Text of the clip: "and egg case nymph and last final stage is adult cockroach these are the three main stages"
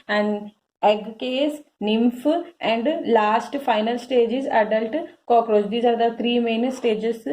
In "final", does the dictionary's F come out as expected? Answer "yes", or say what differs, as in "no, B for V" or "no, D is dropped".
yes